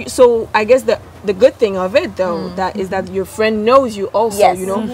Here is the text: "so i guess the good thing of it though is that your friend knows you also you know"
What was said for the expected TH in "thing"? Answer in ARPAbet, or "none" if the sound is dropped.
TH